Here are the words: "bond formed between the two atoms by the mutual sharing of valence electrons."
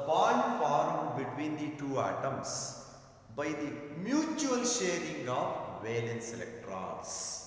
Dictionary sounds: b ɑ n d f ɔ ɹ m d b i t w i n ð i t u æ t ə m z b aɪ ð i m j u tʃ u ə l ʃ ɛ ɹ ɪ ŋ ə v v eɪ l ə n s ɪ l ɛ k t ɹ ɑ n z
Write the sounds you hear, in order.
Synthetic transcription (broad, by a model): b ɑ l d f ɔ ɹ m b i t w i n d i t u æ t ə m s b aɪ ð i m j u tʃ u ə l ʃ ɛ ɹ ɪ ŋ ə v v eɪ l ə n s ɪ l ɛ k t ɹ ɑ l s